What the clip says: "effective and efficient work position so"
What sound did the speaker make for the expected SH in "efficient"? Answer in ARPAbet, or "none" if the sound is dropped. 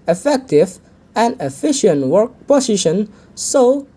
SH